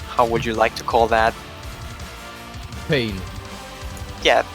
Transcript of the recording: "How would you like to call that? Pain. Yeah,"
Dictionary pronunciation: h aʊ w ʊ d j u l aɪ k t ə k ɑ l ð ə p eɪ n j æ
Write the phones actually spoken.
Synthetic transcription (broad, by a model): h aʊ w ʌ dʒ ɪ l aɪ k t ə k ɑ l ð ə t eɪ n j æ